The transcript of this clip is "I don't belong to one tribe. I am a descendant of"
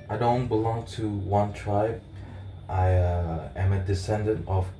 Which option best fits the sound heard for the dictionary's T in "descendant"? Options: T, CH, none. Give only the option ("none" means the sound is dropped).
T